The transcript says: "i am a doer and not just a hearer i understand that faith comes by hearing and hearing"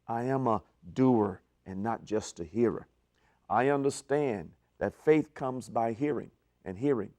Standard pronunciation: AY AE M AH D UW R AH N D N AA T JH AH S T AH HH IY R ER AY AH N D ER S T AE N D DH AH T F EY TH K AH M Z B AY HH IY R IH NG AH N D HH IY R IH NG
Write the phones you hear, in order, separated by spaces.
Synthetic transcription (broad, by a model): AY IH M AH D UW R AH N N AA T JH AH S T AH HH IY R ER AY AH N D ER S T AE N DH AH T F EY TH K AH M Z B AY HH IY R IH NG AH N HH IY R IH NG